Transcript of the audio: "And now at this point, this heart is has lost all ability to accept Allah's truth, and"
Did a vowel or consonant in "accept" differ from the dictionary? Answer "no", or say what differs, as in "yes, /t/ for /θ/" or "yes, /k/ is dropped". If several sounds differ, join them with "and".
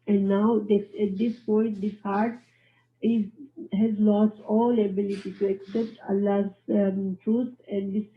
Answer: no